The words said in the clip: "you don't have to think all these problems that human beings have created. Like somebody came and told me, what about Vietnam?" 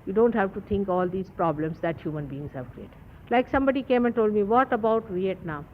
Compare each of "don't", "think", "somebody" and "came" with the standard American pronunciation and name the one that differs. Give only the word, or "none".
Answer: think